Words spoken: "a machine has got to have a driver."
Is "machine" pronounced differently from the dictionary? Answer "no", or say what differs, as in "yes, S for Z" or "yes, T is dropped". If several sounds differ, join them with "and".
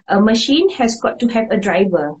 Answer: no